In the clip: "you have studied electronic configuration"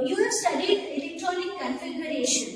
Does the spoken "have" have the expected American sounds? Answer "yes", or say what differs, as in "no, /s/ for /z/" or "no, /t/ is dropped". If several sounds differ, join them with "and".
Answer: no, /p/ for /v/